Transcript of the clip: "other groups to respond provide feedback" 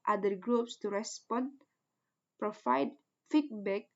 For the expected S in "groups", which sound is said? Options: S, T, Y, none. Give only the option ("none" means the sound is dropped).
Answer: S